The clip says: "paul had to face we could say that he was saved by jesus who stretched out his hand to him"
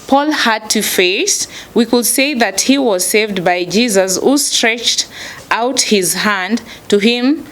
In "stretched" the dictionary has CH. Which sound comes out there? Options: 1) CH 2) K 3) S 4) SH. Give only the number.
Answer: 1